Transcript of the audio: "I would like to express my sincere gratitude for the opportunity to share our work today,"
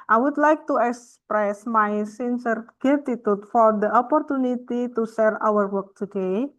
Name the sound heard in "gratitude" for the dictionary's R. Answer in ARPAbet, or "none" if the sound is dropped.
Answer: none